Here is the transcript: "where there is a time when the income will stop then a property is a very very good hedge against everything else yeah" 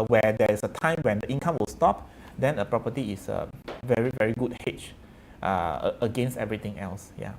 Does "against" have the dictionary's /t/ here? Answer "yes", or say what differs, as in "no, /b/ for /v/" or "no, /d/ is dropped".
yes